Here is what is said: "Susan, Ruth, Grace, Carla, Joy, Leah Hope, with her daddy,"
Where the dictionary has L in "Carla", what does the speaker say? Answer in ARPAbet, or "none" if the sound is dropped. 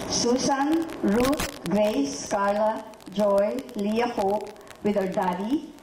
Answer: L